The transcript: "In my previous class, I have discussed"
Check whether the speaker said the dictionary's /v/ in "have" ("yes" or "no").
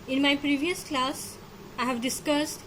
yes